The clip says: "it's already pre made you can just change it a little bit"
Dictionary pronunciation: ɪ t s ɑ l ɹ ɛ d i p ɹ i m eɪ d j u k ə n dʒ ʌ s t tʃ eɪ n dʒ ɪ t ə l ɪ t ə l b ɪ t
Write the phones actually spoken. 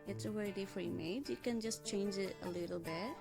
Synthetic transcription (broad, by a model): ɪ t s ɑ w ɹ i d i f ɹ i m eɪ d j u k ə n dʒ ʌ s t tʃ eɪ n dʒ ɪ t ə l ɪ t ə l b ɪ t